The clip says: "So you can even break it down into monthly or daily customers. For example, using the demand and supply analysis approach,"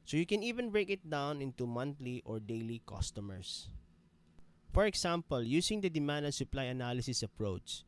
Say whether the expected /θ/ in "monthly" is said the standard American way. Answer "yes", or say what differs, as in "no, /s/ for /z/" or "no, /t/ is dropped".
no, /t/ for /θ/